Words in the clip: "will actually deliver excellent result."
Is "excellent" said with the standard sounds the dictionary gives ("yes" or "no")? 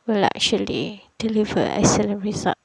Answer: no